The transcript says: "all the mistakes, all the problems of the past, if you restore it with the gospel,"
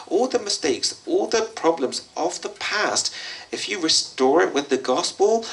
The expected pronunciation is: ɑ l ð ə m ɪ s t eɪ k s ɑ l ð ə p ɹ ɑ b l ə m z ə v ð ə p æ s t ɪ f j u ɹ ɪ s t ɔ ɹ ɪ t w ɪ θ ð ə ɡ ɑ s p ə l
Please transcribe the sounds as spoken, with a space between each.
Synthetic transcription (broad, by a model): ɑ l ð ə m ɪ s t eɪ k s ɑ l ð ə p ɹ ɑ b l ə m z ə v ð ə p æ s t ɪ f j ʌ ɹ ɪ s t ɔ ɹ ɪ t w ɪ ð ə ɡ ɑ s p ə l